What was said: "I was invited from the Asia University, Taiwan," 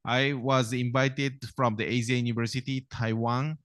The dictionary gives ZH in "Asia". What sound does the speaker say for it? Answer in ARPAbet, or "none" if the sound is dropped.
Z